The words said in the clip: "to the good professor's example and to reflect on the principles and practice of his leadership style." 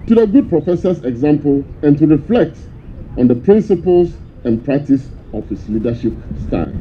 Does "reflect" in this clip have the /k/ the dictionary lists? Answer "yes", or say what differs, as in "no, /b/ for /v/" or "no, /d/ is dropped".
yes